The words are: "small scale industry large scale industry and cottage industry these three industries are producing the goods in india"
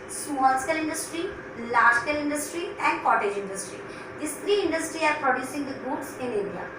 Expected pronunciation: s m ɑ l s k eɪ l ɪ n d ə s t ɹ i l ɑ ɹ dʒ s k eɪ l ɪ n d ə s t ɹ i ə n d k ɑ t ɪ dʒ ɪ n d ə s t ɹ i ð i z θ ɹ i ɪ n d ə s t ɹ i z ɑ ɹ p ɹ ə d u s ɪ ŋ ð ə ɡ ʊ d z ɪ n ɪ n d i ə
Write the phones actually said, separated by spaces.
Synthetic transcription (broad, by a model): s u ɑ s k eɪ l ɪ n d ə s t ɹ i l ɑ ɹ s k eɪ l ɪ n d ə s t ɹ i ə n d k ɑ t ɪ dʒ ɪ n d ə s t ɹ i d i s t ɹ i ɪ n d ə s t ɹ i ɑ ɹ p ɹ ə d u s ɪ ŋ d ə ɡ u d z ɪ n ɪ n d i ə